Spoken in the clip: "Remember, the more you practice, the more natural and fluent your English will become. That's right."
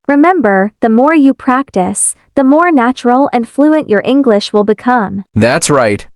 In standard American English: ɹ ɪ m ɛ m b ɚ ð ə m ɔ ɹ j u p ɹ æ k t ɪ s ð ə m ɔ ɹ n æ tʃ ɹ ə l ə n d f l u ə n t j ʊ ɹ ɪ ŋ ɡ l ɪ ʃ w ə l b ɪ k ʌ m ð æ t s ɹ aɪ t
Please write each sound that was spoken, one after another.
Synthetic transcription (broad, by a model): ɹ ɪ m ɛ m b ɚ ð ə m ɔ ɹ j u p ɹ æ k t ɪ s ð ə m ɔ ɹ n æ tʃ ɹ l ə n f l u ə n t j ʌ ɹ ɪ ŋ ɡ l ɪ ʃ w ə l b ɪ k ʌ m ð æ t s ɹ aɪ t